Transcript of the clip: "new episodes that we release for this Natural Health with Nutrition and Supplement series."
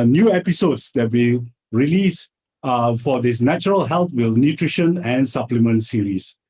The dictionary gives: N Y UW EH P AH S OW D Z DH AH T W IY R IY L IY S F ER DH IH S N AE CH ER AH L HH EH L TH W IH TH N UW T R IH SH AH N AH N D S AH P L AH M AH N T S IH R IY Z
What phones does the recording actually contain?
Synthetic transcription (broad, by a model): N Y UW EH P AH S OW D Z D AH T W IY R IY L IY S F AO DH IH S N AE CH ER AH L HH EH L T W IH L N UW T R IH SH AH N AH N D S AH P L AH M AH N T S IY R IY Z